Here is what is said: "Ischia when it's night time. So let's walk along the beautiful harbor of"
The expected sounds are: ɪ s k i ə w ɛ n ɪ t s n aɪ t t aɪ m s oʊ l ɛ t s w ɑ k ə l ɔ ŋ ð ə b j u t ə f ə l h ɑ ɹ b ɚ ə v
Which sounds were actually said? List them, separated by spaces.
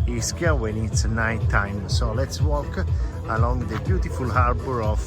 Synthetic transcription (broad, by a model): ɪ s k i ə w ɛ l ɪ t s n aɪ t t aɪ m s oʊ l ɛ t s w ɑ k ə l ɔ ŋ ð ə b j u t ə f ə l h ɑ ɹ b ɚ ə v